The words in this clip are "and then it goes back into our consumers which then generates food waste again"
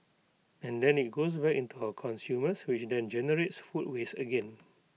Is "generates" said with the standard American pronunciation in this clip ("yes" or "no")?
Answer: yes